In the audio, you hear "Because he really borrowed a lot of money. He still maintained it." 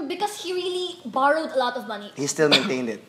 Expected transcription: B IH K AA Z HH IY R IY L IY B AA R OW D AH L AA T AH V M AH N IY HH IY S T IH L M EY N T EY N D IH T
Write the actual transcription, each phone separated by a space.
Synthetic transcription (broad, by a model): B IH K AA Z HH IY R IY L IY B AA R OW D AH L AA T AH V M AH N IY HH IY S T IH L M EY N T EY N D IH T